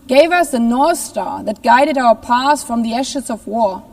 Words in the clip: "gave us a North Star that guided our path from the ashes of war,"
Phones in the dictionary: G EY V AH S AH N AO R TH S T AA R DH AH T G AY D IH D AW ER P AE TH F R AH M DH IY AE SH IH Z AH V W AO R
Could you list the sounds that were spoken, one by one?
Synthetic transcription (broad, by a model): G EY V AH S AH N AO R TH S T AA R DH AH T G AY D IH D AW ER P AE S F R AH M DH IY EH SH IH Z AH V W AO R